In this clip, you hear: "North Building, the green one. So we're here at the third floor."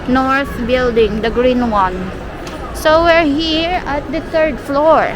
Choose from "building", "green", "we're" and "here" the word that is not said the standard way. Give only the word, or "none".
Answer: none